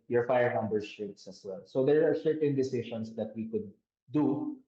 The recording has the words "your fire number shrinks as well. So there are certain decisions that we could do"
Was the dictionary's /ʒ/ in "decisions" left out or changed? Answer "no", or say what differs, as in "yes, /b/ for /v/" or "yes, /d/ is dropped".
yes, /ʃ/ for /ʒ/